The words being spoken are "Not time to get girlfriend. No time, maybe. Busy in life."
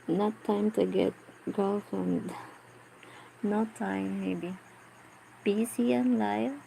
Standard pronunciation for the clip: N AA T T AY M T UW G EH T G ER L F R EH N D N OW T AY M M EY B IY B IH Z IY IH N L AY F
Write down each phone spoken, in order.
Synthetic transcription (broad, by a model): N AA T T AY M T UW G EH T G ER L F EH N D N OW T AY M M EY B IY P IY S IY IH N L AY